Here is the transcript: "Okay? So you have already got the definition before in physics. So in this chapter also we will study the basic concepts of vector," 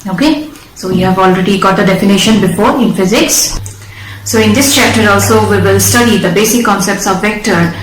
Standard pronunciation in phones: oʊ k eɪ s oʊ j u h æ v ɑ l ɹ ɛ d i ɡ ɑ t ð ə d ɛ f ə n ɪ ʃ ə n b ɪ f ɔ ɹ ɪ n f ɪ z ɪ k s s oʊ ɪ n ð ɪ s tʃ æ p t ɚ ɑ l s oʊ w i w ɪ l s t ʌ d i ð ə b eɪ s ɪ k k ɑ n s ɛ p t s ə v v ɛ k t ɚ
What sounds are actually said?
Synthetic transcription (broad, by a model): oʊ k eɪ s oʊ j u h æ v ɑ l ɹ ɛ d i ɡ ɑ t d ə d ɛ f ə n ɪ ʃ ə n b ɪ f ɔ ɹ ɪ n f ɪ z ɪ k s s oʊ ɪ n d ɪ s tʃ æ p t ɚ ɑ l s oʊ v i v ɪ l s t ʌ d i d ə b eɪ s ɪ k k ɑ n s ɛ p t s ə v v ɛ k t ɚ